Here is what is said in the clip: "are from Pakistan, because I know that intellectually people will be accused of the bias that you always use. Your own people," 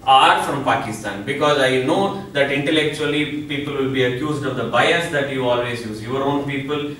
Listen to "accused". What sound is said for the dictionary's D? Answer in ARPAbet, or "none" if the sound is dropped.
D